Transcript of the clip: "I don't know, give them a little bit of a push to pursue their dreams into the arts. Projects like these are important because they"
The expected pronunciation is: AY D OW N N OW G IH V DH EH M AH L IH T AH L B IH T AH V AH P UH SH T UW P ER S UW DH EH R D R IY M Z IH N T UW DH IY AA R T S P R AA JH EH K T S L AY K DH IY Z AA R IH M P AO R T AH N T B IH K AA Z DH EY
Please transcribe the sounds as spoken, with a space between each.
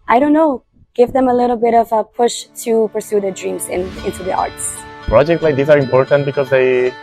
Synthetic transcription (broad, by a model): AY D OW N N OW G IH V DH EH M AH L IH T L B IH T AH V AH P UH SH T UW P ER S UW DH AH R D R IY M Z IH N T UW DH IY AA R T S P R AA JH EH K T S L AY K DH IY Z AA R IH M P AO R T AH N T B IH K AA Z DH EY